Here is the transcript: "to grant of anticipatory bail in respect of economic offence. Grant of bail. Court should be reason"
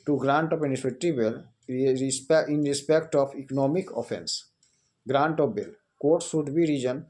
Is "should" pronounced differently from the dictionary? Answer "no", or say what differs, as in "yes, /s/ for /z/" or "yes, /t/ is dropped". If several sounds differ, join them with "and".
yes, /s/ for /ʃ/